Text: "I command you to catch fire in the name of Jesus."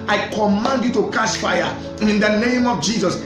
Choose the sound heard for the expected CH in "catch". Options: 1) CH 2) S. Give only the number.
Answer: 2